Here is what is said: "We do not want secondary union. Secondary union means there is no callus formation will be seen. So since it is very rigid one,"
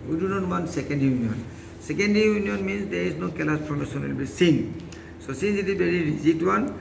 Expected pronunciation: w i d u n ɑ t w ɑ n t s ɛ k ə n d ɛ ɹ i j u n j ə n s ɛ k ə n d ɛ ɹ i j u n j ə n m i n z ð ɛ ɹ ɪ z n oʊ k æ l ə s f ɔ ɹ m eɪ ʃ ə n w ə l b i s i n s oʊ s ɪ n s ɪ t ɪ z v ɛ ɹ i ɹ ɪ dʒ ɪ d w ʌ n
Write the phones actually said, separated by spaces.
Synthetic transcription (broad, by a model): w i d u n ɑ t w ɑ n s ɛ k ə n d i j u n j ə n s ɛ k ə n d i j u n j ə n m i n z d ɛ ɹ ɪ z n oʊ k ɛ l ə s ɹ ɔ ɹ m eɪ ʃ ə n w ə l b i s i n s oʊ s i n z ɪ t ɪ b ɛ ɹ i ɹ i z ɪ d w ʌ n